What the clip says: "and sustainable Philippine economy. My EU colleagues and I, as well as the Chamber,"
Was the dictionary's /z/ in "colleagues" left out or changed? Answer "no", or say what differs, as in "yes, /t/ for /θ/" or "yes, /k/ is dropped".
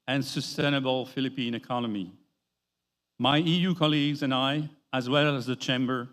no